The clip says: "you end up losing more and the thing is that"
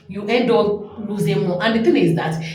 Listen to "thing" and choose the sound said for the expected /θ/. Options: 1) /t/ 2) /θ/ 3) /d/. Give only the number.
1